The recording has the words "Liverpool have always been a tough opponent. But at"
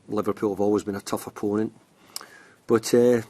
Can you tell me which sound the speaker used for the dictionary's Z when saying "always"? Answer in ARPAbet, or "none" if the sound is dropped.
Z